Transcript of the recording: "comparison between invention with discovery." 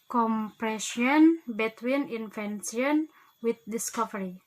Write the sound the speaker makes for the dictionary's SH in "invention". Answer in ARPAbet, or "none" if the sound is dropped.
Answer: S